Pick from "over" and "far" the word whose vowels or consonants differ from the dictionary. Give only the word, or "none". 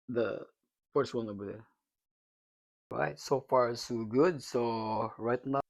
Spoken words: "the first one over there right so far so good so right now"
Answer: over